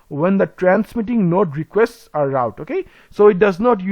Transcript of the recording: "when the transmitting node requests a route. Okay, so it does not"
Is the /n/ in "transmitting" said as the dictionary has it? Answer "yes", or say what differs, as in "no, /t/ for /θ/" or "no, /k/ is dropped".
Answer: yes